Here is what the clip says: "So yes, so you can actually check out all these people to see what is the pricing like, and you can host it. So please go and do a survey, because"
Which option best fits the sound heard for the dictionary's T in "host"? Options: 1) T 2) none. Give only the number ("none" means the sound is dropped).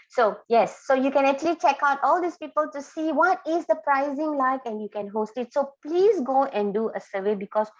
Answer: 1